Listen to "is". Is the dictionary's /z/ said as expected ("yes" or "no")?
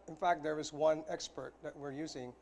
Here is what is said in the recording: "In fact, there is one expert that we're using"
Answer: yes